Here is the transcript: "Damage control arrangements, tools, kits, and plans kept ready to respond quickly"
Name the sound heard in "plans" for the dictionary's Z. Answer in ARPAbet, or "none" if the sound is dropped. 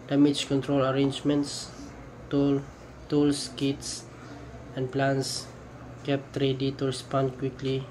S